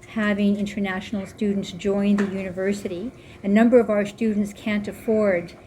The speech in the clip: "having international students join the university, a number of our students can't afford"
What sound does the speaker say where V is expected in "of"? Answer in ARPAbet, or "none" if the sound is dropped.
V